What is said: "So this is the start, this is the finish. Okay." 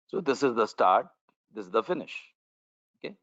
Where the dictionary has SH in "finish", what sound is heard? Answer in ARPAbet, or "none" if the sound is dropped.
SH